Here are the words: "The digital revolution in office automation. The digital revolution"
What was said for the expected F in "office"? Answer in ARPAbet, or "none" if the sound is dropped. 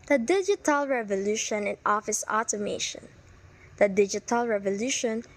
F